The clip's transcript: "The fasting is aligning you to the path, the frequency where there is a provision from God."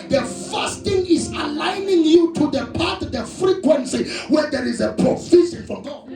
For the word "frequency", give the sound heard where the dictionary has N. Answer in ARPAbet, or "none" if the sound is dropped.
N